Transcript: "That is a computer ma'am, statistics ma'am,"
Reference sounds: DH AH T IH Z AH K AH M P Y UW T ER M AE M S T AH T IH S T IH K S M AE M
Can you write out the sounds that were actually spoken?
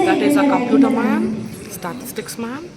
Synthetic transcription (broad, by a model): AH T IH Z AH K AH P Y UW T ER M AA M S T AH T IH S T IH K S M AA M